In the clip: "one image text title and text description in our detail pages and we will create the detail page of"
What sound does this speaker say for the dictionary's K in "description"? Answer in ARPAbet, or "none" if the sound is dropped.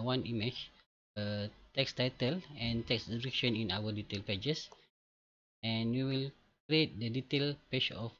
none